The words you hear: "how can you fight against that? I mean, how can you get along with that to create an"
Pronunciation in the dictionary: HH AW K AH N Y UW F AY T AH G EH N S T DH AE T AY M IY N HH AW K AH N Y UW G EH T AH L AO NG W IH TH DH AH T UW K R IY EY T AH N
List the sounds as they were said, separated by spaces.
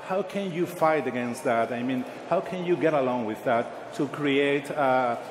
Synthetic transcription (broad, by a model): HH AW K AH N Y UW F AY T AH G EH N S T DH AE T AY M IY N HH AW K AH N Y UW G EH T AH L AO NG W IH DH AH T UW K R IY EY AH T